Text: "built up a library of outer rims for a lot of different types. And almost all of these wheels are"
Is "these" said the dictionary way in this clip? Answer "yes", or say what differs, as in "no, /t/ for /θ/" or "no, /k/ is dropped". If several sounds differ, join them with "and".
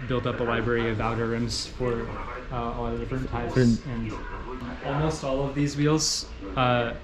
yes